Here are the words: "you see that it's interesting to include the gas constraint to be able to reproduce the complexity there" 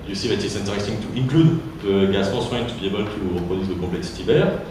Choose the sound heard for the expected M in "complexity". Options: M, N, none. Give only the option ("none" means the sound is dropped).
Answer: none